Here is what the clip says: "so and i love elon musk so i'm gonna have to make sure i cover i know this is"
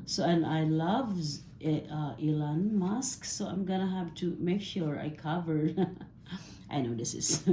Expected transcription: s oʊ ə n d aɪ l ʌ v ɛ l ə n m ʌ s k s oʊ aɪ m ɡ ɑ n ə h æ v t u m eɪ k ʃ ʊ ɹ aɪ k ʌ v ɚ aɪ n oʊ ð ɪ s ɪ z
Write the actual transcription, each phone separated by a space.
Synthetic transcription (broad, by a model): s oʊ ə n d aɪ l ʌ v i l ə n m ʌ s k s oʊ aɪ m ɡ ɑ n ə h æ p t u m eɪ k ʃ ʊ ɹ aɪ k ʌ v ɚ aɪ n oʊ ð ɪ s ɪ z